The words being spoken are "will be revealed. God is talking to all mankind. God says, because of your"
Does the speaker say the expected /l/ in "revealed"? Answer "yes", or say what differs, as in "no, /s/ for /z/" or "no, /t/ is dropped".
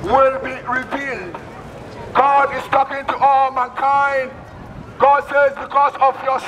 yes